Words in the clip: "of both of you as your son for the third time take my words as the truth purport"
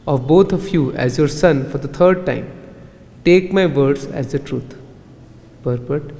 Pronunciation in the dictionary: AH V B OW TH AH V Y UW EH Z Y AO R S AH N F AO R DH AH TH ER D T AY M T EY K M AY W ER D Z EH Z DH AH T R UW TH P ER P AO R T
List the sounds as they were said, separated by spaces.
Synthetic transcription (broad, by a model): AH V B OW T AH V Y UW EH Z Y AO R S AH N F AO R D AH T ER D T AY M T EY K M AY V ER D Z EH Z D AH T R UW T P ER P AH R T